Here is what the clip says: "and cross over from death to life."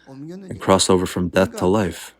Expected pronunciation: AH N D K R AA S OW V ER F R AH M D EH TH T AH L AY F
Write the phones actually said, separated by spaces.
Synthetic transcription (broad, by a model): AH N K R AA S OW V ER F R AH M D EH TH T AH L AY F